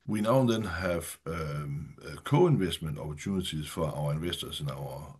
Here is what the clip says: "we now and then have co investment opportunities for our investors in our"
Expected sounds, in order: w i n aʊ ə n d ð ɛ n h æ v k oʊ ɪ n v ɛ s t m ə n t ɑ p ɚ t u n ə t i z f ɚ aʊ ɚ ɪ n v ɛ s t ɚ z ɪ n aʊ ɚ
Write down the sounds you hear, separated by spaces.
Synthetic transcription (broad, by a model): w i n aʊ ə n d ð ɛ n h æ v k oʊ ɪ n v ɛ s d m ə n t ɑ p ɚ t u n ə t i s f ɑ aʊ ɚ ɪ n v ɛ s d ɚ s ɪ n aʊ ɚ